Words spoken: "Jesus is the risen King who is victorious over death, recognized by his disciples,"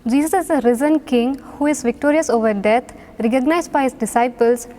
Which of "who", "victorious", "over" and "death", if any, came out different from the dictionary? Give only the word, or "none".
death